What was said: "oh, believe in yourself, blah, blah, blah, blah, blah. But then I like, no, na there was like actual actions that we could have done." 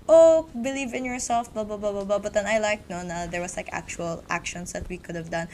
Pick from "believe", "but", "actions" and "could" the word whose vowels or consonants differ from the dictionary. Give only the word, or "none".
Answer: actions